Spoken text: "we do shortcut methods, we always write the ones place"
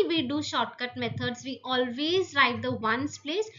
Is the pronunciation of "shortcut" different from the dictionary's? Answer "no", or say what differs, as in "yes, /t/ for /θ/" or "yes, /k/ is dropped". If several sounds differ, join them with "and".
no